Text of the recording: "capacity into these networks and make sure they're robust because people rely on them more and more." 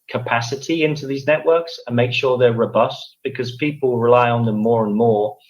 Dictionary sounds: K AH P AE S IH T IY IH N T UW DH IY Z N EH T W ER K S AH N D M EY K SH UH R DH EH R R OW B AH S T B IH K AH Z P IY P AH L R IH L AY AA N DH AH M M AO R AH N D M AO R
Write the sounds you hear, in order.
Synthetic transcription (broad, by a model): K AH P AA S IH T IY IH N T UW DH IY Z N EH T W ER K S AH N M EY K SH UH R DH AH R R OW B AH S T B IH K AH Z P IY P AH L R IH L AY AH N DH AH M M AO R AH N M AO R